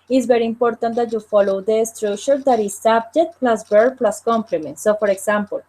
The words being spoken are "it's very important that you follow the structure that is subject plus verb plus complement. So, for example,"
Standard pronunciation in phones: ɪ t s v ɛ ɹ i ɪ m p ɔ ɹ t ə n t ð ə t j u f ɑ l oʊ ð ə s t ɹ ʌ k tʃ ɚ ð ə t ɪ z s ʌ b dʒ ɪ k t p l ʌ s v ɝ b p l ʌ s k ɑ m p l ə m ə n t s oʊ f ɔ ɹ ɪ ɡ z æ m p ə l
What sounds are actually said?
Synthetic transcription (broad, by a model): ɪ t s b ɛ ɹ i ɪ m p ɔ ɹ t ə n t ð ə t j u f ɑ l oʊ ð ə s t ɹ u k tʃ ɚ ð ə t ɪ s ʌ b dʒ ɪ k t p l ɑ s b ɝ p l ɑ s k ɑ m p l ə m ə n t s oʊ f ɔ ɹ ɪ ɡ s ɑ m p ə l